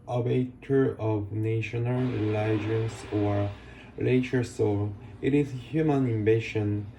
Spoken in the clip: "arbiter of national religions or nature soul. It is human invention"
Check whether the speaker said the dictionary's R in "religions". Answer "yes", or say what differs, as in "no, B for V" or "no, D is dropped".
no, L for R